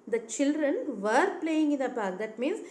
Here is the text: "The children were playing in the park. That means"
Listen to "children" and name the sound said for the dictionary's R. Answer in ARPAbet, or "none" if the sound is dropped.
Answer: R